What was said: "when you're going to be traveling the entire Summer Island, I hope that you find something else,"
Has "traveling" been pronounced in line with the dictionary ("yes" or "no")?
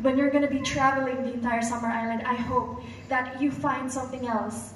yes